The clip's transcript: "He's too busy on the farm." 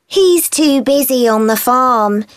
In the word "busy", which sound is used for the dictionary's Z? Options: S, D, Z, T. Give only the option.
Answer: Z